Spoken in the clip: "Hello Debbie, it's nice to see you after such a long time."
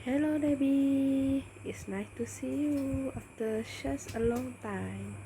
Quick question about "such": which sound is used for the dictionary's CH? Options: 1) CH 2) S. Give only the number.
2